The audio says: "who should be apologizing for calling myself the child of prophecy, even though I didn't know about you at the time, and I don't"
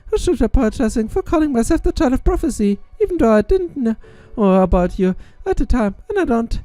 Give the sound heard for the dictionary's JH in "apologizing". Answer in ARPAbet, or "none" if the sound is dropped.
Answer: none